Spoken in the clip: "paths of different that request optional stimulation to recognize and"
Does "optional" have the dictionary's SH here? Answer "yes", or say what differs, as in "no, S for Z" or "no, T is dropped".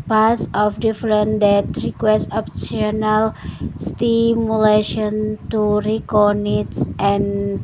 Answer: no, S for SH